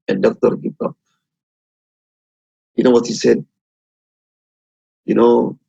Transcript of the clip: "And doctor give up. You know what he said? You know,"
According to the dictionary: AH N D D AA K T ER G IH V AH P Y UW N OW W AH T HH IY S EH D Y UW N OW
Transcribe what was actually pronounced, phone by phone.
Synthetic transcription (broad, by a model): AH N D D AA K T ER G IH P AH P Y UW N OW W AH T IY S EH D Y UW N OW